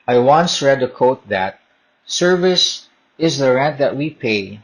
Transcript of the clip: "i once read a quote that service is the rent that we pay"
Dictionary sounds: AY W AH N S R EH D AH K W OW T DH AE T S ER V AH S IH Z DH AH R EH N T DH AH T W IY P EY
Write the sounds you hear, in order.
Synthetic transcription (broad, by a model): AY W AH N S R EH D AH K OW T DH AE T S ER V AH S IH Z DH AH R EH N T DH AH T W IY P EY